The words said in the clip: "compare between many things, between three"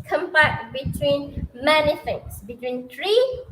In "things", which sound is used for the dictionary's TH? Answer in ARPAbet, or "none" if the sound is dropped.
F